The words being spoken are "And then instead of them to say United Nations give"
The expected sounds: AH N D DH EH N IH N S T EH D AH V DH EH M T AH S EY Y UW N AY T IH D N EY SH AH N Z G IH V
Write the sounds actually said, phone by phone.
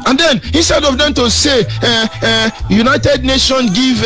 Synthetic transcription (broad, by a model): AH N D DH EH N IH N S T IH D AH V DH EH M T AH S EY Y UW N AY T IH D N EY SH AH N G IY V